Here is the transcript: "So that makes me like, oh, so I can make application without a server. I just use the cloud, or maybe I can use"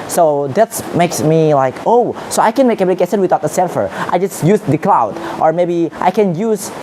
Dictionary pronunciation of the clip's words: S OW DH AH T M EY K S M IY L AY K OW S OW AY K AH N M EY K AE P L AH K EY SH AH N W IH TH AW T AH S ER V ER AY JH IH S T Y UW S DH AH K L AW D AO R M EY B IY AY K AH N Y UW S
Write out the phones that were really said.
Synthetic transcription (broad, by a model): S OW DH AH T M EY K S M IY L AY K OW S OW AY K AH N M EY K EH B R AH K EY S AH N W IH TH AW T AH S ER F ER AY JH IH S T Y UW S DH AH K L AW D AO R M EY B IY AY K AH N Y UW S